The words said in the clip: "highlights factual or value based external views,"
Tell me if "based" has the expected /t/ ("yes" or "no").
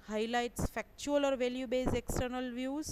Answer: no